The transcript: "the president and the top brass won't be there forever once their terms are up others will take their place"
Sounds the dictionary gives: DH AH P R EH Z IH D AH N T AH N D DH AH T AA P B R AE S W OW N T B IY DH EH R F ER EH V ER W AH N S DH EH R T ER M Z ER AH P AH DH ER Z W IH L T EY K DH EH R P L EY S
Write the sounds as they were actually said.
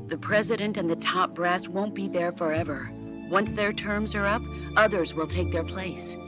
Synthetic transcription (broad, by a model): DH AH P R EH Z IH D AH N T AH N DH AH T AA P B R AE S W OW N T B IY DH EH R F ER EH V ER W AH N S DH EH R T ER M Z ER AH P AH DH ER Z W IH L T EY K DH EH R P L EY S